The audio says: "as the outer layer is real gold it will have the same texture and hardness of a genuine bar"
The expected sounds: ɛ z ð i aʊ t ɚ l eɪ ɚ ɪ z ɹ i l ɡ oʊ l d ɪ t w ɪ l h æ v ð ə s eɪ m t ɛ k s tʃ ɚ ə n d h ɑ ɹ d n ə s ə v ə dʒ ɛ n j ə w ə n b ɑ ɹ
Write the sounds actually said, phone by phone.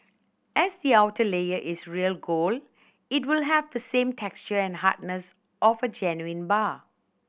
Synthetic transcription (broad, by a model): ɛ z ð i aʊ t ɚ l eɪ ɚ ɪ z ɹ i l ɡ oʊ l ɪ t w ɪ l h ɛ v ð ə s eɪ m t ɛ k s tʃ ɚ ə n h ɑ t n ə s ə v ə dʒ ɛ n j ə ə n b ɑ